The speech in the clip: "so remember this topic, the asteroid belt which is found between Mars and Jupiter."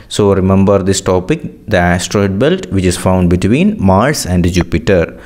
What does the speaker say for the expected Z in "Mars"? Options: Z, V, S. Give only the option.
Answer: S